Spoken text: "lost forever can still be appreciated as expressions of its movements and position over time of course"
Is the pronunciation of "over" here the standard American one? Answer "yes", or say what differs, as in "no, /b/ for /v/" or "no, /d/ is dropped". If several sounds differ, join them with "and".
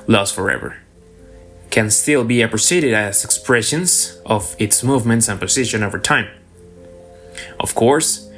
yes